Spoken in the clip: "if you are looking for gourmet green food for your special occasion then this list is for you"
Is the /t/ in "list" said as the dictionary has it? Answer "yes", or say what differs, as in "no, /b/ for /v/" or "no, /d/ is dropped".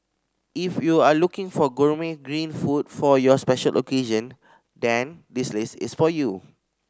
no, /t/ is dropped